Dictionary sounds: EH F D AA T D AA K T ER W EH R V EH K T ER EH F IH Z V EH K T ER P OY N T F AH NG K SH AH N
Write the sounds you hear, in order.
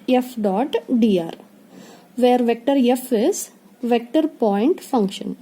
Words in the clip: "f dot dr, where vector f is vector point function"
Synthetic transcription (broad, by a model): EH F D AA T D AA T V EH R V EH K T ER EH F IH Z V EH K T ER P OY N T F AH NG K SH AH N